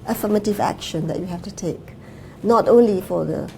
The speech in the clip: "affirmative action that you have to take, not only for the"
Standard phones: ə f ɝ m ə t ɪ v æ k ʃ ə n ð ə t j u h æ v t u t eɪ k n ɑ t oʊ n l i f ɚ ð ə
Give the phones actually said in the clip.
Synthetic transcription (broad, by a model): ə f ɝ m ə t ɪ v æ k ʃ ə n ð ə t j u h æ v t u t eɪ k n ɑ t oʊ n l i f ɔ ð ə